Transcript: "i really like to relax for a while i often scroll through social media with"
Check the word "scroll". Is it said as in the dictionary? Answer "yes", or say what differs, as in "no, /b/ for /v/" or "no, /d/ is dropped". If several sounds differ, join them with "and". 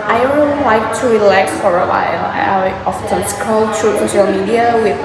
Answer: no, /ɹ/ is dropped